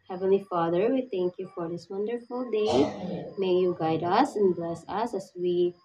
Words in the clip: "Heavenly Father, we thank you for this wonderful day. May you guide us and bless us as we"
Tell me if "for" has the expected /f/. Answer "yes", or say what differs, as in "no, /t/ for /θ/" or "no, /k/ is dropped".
yes